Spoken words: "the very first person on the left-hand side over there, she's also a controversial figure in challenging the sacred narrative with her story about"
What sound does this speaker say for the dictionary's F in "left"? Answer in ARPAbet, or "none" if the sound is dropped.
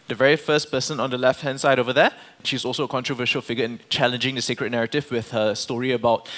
F